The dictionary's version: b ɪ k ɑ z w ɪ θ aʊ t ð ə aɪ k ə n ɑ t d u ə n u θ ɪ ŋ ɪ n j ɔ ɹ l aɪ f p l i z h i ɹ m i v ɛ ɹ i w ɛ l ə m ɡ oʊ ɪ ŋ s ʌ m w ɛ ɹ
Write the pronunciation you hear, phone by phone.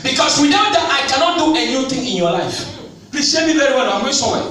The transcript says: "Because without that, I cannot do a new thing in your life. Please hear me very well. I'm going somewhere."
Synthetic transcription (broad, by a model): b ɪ k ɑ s w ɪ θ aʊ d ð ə aɪ k ə n ɑ t d u ə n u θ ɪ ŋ ɪ n j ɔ l aɪ f p l i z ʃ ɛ m i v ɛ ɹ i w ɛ n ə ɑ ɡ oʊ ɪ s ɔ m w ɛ